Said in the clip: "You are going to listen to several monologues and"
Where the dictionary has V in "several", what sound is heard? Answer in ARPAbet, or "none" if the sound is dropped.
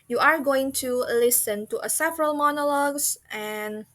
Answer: V